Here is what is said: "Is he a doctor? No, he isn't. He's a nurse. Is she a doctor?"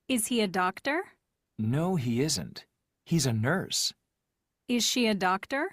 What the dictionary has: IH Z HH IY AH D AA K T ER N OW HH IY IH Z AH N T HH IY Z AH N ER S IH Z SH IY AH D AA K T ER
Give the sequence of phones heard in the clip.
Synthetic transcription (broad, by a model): IH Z HH IY AH D AA K T ER N OW HH IY IH Z AH N T HH IY Z AH N ER S IH Z SH IY AH D AA K T ER